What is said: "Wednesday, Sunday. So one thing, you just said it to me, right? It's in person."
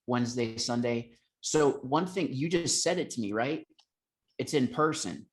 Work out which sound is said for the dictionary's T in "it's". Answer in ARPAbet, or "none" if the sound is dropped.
T